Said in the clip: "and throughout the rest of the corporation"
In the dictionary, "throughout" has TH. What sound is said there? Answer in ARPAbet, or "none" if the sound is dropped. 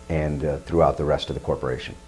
TH